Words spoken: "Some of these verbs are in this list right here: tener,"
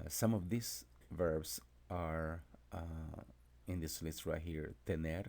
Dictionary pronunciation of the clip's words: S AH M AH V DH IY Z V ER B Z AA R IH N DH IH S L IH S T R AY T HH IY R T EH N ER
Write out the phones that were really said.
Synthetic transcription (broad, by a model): S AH M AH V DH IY S V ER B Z AA R IH N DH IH S L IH T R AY HH IY R T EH N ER